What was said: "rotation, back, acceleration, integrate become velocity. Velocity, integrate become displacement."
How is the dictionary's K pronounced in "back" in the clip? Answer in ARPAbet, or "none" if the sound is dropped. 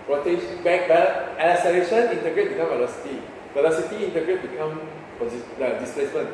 none